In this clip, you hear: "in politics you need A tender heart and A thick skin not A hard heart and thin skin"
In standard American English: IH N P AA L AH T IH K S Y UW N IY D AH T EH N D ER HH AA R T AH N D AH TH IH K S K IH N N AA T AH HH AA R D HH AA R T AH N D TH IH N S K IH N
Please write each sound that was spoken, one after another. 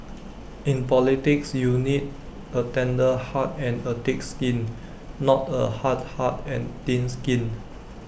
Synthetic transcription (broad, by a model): IH N P AA L AH T IH K S Y UW N IY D AH T EH N D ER HH AA T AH N AH T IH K S K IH N N AA T AH HH AA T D HH AA T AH N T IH N S K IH N